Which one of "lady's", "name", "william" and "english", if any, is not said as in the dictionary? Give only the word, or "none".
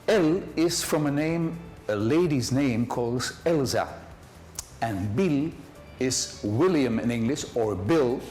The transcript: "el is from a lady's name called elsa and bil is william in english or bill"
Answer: none